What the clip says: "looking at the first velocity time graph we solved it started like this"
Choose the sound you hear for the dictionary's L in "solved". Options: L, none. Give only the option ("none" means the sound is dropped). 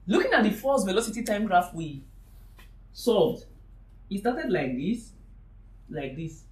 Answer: none